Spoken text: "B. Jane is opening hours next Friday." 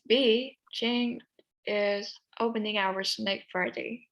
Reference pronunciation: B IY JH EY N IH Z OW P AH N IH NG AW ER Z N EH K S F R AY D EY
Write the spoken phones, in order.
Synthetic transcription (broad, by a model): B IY CH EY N IH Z OW P AH N IH NG AW ER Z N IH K F R AY D EY